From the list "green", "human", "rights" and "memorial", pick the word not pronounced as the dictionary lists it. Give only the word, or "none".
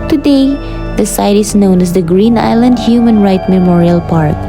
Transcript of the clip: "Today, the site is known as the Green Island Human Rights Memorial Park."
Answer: rights